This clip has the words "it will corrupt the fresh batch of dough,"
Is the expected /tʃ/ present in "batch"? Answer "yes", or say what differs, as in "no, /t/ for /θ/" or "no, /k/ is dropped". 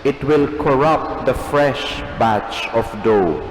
yes